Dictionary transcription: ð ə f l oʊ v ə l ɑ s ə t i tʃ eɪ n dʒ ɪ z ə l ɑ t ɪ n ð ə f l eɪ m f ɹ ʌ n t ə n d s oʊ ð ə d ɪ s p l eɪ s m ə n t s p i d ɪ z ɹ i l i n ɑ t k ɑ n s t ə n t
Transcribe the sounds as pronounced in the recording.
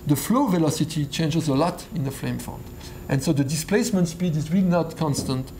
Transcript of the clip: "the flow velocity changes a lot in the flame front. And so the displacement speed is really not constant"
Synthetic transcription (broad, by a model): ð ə f l oʊ v ə l ɑ s ə t i tʃ eɪ n dʒ ɪ z ə l ɑ t ɪ n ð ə f l eɪ m f ʌ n t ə n s oʊ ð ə d ɪ s p l eɪ s m ə n t s p i d ɪ z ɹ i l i n ɑ t k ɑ n s t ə n t